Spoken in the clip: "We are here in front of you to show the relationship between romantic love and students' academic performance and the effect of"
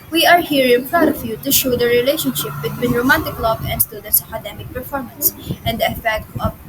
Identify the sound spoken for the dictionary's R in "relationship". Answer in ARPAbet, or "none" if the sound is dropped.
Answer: R